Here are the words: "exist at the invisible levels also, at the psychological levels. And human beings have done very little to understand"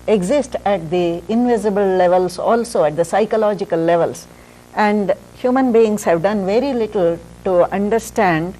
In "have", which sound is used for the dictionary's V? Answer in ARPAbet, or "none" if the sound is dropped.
V